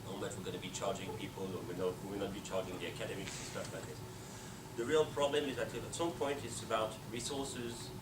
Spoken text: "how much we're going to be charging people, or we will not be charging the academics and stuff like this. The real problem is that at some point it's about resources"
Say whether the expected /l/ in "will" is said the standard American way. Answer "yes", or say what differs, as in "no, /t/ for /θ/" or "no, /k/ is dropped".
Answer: no, /w/ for /l/